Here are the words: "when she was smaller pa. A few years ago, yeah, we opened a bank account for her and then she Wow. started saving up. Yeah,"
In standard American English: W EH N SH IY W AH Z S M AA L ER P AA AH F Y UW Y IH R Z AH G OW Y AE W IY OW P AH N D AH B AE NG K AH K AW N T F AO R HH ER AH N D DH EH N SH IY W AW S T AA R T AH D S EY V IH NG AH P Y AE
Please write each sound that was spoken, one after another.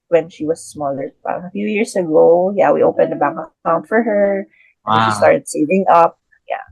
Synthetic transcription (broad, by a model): W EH N SH IY W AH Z S M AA L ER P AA AH F Y UW Y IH R S AH G OW Y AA W IY OW P AH N D AH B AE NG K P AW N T F AO R HH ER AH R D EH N SH IY S T AA R T AH D S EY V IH NG AH P Y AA